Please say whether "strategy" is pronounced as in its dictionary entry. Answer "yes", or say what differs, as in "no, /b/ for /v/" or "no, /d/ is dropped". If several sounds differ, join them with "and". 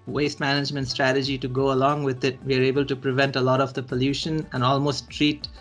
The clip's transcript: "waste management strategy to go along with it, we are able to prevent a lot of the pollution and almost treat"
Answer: yes